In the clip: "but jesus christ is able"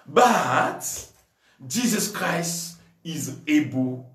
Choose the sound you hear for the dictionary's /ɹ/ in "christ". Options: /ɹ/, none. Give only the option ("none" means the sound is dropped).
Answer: /ɹ/